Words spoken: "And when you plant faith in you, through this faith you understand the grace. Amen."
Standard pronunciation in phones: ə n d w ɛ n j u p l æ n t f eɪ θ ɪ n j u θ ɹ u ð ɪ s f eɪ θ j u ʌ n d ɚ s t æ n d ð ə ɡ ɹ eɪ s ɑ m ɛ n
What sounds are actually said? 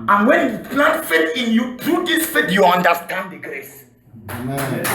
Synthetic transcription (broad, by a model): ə n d w ɛ n j u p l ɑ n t f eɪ t ɪ n j u t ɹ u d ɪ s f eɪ t j u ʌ n d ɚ s t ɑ n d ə ɡ ɹ eɪ s